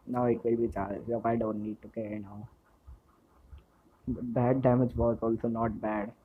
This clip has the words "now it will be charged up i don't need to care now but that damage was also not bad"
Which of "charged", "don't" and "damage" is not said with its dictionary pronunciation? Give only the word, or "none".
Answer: charged